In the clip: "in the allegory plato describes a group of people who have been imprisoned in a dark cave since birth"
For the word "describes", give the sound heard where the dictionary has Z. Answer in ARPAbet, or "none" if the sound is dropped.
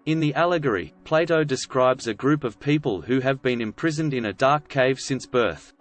Z